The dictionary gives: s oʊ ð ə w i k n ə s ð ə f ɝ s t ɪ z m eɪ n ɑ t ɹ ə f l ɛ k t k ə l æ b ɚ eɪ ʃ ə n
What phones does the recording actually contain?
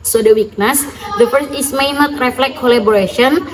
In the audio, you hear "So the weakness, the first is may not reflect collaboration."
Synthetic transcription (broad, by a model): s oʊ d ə w i k n ə s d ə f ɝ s ɪ s m eɪ n ɑ t ɹ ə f l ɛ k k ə l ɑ b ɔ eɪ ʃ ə n